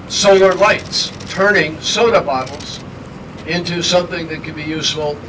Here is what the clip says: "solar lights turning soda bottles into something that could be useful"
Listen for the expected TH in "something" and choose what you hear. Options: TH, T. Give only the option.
TH